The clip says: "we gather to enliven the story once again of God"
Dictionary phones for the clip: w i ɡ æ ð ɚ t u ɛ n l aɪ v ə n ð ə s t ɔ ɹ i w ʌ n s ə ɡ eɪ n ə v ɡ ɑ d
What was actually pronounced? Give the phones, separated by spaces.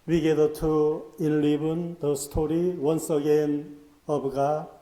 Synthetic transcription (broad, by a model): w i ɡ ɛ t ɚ t u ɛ n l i b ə n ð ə s t ɔ ɹ i w ʌ n s ə ɡ eɪ n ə b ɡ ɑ